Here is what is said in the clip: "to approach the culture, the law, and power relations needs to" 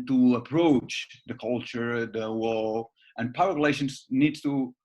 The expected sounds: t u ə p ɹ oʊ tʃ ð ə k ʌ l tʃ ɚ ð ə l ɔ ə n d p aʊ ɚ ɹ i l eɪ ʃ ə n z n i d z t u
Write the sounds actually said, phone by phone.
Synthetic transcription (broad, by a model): t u ə p ɹ oʊ tʃ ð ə k ʌ l tʃ ɚ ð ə w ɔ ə n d p aʊ ɚ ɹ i l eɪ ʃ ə n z n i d s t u